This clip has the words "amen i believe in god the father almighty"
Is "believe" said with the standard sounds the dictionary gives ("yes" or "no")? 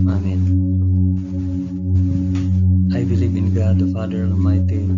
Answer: no